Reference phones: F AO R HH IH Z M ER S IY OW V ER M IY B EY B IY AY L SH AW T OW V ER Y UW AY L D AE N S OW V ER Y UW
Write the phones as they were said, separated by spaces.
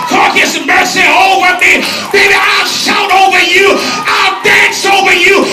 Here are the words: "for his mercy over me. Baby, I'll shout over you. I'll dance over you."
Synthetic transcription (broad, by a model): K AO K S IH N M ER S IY OW V ER M IY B EY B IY AY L SH AW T OW V ER Y UW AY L D AE N S OW V ER Y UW